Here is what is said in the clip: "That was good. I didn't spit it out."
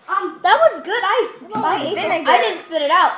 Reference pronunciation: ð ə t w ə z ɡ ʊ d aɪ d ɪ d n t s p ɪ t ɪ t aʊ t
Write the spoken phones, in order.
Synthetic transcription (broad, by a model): ð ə t w ə z ɡ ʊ d aɪ d ɪ d n t s p ɪ t ɪ t aʊ t